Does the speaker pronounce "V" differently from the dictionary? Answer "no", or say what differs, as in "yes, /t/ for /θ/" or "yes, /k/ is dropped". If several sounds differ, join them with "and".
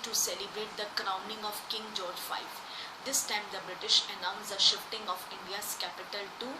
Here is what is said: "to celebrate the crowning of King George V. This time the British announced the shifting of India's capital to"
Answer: yes, /f/ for /v/